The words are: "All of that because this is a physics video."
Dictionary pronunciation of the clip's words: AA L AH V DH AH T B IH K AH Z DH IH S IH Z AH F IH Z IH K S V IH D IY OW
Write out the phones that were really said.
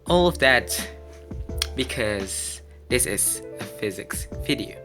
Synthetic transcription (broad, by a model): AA L AH V DH AH T B IH K AH Z DH IH S IH Z AH F IH Z IH K S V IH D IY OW